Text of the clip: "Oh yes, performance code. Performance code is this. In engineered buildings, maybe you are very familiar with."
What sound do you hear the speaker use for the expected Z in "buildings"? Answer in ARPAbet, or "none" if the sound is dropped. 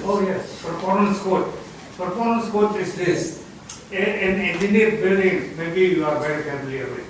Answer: none